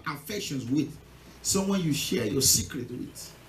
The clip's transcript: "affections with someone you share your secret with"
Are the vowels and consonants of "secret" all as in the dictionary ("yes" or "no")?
yes